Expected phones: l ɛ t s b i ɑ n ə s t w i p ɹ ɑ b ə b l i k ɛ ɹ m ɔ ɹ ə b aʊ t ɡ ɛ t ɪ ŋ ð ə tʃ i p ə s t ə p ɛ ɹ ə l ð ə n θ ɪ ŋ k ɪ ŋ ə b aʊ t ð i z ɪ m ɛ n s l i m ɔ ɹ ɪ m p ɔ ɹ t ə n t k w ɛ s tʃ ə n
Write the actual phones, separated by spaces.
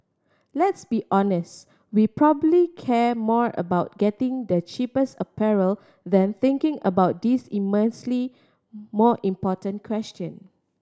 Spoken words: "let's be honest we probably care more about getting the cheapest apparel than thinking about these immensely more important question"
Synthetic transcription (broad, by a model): l ɛ t s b i ɑ n ə s t w i p ɹ ɑ b ə b l i k ɛ m ɔ ɹ ə b aʊ t ɡ ɛ t ɪ ŋ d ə tʃ i p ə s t ə p ɛ ɹ ə l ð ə n θ ɪ ŋ k ɪ ŋ ə b aʊ t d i s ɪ m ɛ n s l i m ɔ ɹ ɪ m p ɔ t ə n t k w ɛ s tʃ ə n